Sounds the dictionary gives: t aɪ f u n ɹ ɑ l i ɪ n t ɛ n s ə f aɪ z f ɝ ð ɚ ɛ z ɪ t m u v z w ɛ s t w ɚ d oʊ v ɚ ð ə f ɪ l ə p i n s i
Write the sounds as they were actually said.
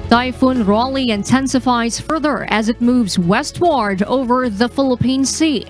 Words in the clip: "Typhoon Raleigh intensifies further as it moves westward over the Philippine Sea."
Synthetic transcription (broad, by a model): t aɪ f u n ɹ ɑ l i ɪ n t ɛ n s ə f aɪ z f ɝ ð ɚ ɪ z ɪ t m u v z w ɛ s t w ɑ d oʊ v ɚ ð ə f ɪ l ə p i n s i